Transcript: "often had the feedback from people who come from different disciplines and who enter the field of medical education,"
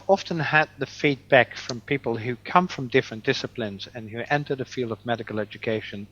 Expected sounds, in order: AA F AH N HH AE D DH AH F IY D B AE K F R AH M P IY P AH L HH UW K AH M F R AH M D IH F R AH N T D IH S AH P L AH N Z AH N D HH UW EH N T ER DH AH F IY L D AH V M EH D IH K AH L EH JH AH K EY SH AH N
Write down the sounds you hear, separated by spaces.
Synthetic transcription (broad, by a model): AA F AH N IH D DH AH F IY D B AE K F R AH M P IY P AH L HH UW K AH M F R AH M D IH F R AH N D IH S AH P L AH N Z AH N HH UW EH N T ER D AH F IY L D AH V M EH D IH K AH L EH JH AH K EY SH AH N